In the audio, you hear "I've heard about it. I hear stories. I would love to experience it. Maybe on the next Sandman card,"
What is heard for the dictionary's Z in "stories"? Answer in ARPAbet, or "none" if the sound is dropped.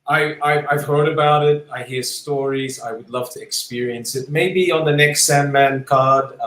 Z